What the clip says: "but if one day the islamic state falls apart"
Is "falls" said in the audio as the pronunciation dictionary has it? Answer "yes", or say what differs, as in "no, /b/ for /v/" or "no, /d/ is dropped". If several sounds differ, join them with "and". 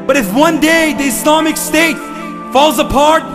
yes